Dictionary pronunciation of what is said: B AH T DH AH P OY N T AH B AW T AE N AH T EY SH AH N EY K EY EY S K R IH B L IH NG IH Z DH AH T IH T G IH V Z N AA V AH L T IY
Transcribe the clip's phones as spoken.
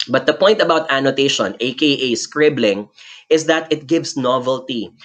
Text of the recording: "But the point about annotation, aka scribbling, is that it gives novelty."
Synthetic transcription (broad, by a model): B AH T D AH P OY N T AH B AW T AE N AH T EY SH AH N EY K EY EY S K R IH B L IH NG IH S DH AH T IH T G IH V S N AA V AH L T IY